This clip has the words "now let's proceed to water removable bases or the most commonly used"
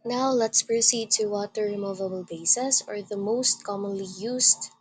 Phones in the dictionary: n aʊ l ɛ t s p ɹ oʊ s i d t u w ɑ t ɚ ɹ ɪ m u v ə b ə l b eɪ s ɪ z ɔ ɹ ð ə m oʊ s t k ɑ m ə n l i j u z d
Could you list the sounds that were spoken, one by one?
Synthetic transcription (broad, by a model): n aʊ l ɛ t s p ɹ oʊ s i d t u w ɑ t ɚ ɹ ɪ m u v ə b ə l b eɪ s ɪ s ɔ ɹ ð ə m oʊ s t k ɑ m ə n l i j u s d